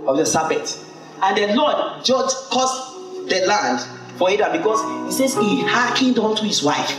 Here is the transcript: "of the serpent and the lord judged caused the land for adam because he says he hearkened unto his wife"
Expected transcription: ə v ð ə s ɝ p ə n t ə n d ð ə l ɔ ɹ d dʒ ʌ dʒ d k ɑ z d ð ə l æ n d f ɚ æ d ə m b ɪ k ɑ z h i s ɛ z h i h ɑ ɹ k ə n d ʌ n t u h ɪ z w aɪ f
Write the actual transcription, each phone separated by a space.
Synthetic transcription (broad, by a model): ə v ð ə s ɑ b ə t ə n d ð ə l ɔ d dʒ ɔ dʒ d k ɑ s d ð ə l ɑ n d f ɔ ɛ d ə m b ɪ k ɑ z h i s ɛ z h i h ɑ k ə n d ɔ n t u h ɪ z w aɪ f